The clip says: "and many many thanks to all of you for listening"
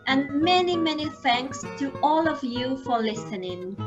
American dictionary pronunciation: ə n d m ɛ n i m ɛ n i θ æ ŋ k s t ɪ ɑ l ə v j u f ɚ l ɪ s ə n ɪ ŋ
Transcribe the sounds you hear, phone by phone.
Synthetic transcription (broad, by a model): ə n m ɛ n i m ɛ n i θ æ ŋ k s t ɪ ɑ l ə v j u f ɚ l ɪ s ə n ɪ ŋ